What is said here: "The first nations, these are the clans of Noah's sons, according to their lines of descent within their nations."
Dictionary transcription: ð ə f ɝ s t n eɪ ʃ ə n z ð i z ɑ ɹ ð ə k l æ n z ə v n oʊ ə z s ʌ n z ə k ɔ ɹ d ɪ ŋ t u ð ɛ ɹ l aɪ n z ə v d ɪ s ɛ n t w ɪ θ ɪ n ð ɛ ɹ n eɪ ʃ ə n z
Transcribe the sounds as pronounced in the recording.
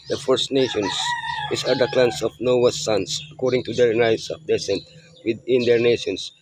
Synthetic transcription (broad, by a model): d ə f ɝ s t n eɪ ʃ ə n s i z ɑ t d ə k l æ n s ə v n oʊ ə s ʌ n s ə k ɔ ɹ d ɪ ŋ t u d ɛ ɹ n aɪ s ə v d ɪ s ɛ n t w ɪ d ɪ n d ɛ ɹ n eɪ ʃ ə n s